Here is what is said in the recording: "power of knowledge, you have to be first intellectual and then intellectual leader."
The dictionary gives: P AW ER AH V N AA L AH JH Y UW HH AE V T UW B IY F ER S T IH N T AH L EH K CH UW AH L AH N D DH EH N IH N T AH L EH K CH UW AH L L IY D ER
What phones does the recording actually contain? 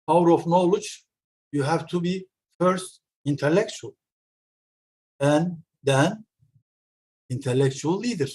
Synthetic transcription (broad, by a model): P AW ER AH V N AA L AH JH Y UW HH AE V T UW B IY F ER S T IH N T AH L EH K CH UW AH L AH N D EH N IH N T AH L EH K CH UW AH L L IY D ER